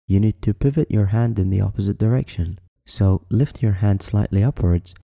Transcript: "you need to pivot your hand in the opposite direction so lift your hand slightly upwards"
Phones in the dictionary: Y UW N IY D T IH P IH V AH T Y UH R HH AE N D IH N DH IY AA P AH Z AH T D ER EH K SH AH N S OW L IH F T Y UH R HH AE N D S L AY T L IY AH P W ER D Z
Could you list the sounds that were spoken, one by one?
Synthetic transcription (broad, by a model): Y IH N IY D T IH P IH V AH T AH R HH AE N D IH N DH IY AA P AH Z AH T D ER EH K SH AH N S OW L IH F T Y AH R HH AE N D S L AY T L IY AH P W ER D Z